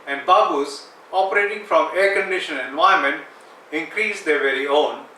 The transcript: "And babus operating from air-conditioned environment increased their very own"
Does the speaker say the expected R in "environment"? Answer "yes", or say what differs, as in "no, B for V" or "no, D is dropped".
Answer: no, R is dropped